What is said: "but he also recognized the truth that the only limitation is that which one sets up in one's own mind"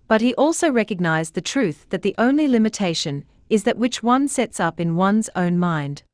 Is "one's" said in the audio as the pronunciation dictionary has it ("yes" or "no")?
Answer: yes